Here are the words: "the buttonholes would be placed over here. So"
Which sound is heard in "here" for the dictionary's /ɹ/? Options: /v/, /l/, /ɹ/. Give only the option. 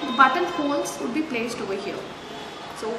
/l/